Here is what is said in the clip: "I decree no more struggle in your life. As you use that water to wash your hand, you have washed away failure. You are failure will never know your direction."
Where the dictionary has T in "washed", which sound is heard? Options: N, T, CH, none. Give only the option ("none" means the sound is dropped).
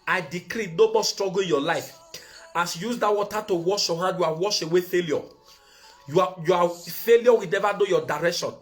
none